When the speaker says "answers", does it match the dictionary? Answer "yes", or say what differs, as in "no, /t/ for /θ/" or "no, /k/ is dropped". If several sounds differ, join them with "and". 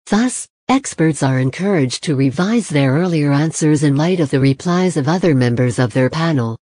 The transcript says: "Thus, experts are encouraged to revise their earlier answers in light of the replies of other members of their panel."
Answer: yes